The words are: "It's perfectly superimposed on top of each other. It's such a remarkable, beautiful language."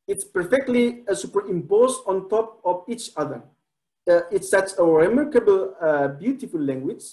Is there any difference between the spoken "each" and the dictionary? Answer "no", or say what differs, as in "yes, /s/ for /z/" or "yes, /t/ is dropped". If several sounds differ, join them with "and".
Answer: no